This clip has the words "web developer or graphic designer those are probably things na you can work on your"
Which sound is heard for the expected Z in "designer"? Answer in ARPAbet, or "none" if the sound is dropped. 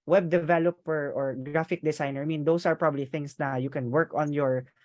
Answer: S